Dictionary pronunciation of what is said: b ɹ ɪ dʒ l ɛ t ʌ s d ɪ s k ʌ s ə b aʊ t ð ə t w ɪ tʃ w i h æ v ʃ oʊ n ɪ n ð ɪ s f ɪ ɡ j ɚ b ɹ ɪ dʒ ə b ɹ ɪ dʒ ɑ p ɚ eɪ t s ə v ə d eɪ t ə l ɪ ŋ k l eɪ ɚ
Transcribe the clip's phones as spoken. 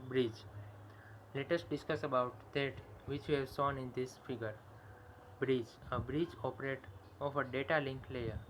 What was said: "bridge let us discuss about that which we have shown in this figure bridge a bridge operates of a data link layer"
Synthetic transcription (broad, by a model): b ɹ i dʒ l ɛ t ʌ s d ɪ s k ʌ s ə b aʊ t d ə t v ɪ tʃ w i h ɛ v s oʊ n ɪ n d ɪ s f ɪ ɡ ɚ b ɹ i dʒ ə b ɹ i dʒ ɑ p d eɪ t ə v ə d eɪ t ə l ɪ ŋ k l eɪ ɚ